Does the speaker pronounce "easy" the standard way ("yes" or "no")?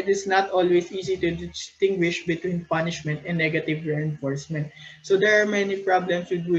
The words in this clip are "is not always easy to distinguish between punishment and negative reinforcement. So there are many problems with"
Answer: no